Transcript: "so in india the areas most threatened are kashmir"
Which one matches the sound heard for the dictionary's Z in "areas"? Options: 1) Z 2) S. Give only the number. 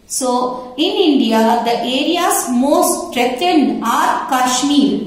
2